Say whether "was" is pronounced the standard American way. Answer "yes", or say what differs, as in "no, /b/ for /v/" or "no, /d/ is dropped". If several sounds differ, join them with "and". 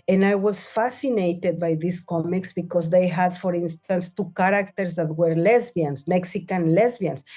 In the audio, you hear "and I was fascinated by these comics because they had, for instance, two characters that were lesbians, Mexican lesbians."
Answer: no, /s/ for /z/